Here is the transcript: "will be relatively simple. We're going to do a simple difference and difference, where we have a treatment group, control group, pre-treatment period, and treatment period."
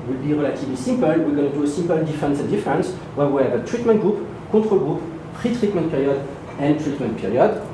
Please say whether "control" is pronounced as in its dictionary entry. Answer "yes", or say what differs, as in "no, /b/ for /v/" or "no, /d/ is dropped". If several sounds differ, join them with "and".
no, /n/ is dropped